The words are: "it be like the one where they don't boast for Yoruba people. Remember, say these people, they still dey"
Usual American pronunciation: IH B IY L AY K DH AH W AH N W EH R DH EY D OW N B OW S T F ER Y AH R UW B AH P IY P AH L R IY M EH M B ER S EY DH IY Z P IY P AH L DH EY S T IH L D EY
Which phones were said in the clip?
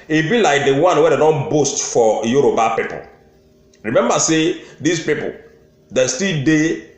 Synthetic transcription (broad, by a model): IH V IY L AY K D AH W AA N W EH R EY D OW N B OW S T F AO Y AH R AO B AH P IY P AH L R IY M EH M B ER S EY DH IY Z P IY P AH L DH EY S T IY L D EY